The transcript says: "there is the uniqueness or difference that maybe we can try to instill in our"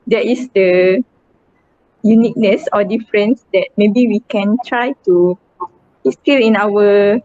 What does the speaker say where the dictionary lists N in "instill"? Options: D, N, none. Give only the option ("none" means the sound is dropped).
none